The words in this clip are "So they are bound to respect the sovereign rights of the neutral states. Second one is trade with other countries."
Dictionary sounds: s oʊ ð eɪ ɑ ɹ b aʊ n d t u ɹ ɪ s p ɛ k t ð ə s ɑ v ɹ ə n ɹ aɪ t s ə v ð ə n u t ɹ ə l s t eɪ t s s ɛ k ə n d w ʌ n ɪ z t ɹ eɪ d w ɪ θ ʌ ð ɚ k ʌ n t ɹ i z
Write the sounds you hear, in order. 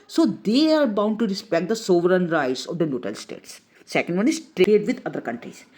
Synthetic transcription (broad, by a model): s oʊ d eɪ ɑ ɹ b aʊ n d t u ɹ ɪ s p ɛ k t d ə s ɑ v ɹ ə n ɹ aɪ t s ə v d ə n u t ə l s t eɪ t s s ɛ k ə n d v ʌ n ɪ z t ɹ eɪ d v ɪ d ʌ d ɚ k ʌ n t ɹ i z